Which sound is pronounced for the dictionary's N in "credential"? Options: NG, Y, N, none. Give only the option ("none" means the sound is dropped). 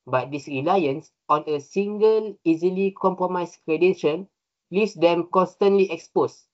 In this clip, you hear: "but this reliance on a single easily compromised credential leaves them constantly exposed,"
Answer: none